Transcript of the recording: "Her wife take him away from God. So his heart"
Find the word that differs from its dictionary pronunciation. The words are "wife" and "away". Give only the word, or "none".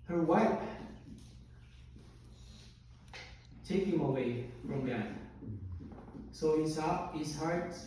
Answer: wife